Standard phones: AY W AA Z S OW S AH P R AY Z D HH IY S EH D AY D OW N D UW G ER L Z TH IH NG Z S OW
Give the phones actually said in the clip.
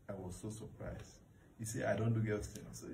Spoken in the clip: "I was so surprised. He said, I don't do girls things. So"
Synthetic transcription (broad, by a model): AY W AA Z S OW S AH P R AY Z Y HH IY S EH AY D OW N D UW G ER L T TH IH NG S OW